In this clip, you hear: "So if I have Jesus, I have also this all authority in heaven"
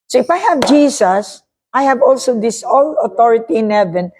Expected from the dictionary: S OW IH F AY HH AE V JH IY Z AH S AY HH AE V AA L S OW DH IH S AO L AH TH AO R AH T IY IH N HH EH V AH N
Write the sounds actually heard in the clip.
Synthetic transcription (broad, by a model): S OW IH F AY HH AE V JH IY S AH S AY HH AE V AA L S OW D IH S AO L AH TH AO R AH T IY IH N HH EH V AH N